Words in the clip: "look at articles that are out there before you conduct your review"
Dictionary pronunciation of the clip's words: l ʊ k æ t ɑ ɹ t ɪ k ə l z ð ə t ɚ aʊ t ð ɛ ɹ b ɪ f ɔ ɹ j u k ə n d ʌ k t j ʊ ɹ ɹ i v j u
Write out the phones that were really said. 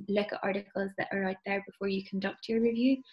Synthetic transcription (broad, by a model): l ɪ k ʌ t ɑ ɹ t ɪ k ə l z ð ə t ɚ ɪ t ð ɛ ɹ b ɪ f ɔ ɹ j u k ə n d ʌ k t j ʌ ɹ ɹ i v j u